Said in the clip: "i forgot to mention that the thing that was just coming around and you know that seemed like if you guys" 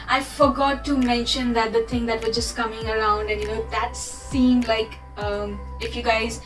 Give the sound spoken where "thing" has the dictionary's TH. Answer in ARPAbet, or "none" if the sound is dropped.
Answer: T